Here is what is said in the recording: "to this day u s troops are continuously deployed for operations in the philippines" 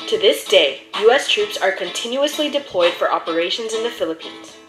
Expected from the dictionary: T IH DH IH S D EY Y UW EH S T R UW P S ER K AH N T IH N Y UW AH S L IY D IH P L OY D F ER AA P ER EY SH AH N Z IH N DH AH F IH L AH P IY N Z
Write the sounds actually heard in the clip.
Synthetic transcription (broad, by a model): T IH DH IH S D EY Y UW EH S T R UW P S ER K AH N T IH N Y UW AH S L IY D IH P L OY D F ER AA P ER EY SH AH N Z IH N DH AH F IH L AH P IY N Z